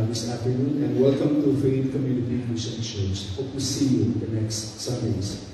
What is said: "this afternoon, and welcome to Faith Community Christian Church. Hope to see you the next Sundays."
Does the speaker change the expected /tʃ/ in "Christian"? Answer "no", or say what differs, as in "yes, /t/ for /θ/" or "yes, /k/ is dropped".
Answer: yes, /ʃ/ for /tʃ/